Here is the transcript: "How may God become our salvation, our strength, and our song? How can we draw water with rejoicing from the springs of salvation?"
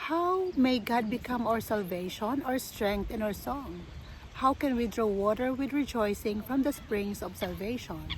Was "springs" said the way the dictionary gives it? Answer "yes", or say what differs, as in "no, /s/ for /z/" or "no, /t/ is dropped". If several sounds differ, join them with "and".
no, /s/ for /z/